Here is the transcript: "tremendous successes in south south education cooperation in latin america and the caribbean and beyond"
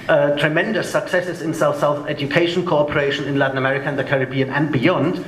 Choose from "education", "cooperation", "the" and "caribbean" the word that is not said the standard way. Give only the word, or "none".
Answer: none